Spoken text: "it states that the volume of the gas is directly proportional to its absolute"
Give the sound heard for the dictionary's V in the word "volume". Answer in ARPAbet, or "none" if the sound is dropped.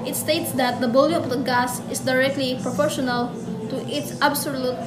B